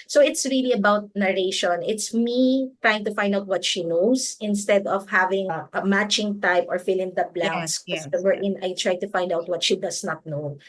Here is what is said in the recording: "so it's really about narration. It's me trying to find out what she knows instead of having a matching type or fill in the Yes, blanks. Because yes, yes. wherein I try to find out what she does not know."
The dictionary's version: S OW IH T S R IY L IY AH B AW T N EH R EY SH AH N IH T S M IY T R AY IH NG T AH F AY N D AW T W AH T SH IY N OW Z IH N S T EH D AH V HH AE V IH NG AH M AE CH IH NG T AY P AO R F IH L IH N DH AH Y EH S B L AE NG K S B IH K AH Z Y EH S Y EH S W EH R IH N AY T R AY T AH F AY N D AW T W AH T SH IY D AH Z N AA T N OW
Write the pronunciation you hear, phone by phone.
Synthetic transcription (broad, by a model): S OW IH T S R IY L IY AH B AW T N EH R EY SH AH N IH T S M IY T R AY IH NG T AH F AY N D AW T W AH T SH IY N OW S IH N S T EH D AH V HH AE V IH NG AH M AE CH IH NG T AY P AO R F IH L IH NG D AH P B L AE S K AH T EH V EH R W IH N AY T R AY T AH F AY N D AW T W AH T SH IY D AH S N AA T N OW